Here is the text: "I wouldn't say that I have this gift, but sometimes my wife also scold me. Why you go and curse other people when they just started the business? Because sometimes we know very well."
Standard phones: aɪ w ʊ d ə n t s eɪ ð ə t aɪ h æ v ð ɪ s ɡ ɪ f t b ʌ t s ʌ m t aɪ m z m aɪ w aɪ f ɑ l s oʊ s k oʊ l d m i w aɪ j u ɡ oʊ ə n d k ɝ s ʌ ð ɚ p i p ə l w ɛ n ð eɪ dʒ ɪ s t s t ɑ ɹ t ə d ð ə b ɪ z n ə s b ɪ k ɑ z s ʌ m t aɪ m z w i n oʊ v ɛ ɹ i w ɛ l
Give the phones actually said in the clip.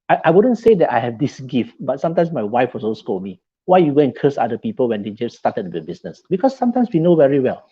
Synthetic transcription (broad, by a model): aɪ w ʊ d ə n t s eɪ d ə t aɪ h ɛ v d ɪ s ɡ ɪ f t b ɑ t s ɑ m t aɪ m s m aɪ w aɪ f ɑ s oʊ s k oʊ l m i w aɪ j u ɡ oʊ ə n k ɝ s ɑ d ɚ p i p ə l w ɛ n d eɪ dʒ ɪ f s t ɑ t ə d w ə b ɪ s n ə s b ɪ k ɑ s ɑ m t aɪ m s w i n oʊ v ɛ ɹ i w ɛ l